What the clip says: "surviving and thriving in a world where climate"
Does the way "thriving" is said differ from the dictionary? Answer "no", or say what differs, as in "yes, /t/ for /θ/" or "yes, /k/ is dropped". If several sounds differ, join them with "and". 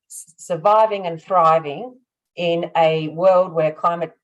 no